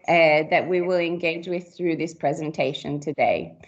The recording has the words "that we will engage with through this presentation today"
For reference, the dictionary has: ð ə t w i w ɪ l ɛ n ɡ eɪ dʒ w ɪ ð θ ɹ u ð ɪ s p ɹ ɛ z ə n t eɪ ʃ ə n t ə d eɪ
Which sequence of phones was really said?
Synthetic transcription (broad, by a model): ð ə t w i w ɪ l ɛ n ɡ eɪ dʒ w ɪ ð θ ɹ u ð ɪ s p ɹ ɛ z ə n t eɪ ʃ ə n t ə d eɪ